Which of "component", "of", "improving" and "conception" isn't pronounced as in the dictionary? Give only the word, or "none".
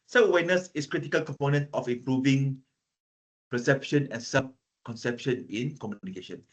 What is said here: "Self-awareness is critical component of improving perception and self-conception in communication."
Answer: of